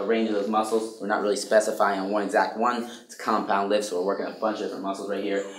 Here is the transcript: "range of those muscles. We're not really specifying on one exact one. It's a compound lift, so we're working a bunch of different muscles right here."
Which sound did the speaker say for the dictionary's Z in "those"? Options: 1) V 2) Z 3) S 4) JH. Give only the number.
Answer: 2